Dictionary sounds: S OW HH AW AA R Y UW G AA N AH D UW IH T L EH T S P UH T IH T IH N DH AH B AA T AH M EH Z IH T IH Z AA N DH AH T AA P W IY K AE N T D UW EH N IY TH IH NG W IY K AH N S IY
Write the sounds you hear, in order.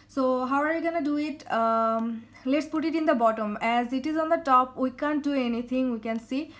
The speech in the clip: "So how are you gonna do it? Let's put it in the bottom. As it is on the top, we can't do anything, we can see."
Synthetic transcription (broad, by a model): S OW HH AW AA R Y UW G AA N AH D UW IH T L EH T S P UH T IH T IH N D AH B AA T AH M EH Z IH T IH Z AA N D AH T AA P W IY K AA N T D UW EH N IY T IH NG W IY K AH N S IY